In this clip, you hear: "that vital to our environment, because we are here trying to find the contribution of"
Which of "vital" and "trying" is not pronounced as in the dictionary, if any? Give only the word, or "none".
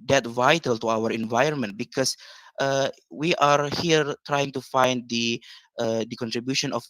none